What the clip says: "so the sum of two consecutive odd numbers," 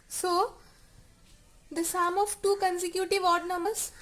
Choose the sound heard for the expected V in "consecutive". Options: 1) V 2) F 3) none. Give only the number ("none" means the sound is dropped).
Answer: 1